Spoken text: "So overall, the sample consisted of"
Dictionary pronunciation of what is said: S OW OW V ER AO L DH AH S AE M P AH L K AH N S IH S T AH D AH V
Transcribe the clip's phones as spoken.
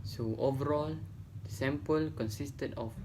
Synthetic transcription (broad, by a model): S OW OW V ER AO L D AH S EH M P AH L K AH N S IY S T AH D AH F